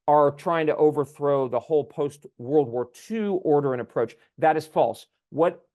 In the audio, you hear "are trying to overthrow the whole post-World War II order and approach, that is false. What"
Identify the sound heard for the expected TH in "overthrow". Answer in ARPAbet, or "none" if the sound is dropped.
TH